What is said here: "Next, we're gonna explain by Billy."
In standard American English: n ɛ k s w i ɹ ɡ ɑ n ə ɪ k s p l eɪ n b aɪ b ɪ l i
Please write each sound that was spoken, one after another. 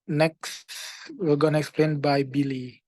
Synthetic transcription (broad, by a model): n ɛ k s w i l ɡ ɑ n ə ɪ k s p l eɪ n b aɪ b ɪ l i